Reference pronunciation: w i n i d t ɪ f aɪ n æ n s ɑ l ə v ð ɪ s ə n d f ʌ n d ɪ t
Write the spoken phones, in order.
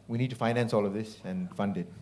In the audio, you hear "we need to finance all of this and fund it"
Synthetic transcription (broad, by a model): w i n i d t ɪ f aɪ n æ n s ɑ l ə v ð ɪ s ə n f ʌ n d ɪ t